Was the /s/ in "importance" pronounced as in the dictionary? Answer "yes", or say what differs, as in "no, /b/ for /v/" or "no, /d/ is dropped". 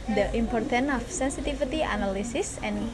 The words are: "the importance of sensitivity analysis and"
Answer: no, /s/ is dropped